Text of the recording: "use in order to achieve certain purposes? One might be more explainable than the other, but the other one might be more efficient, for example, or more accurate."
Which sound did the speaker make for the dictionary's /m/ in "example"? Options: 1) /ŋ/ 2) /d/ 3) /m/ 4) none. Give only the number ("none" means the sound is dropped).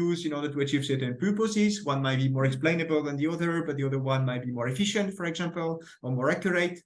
3